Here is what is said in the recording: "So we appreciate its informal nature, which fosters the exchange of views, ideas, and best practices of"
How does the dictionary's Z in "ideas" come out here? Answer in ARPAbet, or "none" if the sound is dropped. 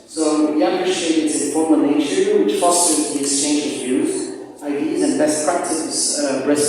Z